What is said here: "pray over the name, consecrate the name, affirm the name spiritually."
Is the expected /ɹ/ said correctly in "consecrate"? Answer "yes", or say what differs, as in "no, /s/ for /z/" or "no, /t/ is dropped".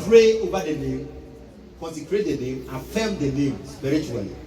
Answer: yes